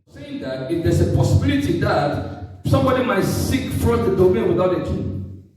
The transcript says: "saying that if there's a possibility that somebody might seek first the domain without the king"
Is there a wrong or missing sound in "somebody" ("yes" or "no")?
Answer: no